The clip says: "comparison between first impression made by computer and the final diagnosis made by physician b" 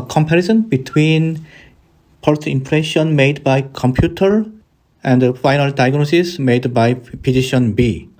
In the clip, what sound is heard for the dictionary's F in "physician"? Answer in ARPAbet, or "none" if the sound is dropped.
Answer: P